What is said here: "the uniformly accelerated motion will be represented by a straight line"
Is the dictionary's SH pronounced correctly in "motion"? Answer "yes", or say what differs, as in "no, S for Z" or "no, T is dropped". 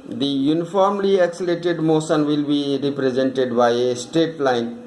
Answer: no, S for SH